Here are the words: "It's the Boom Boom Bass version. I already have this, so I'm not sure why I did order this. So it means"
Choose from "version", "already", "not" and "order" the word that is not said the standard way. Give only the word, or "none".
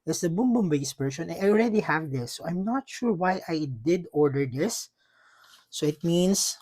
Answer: version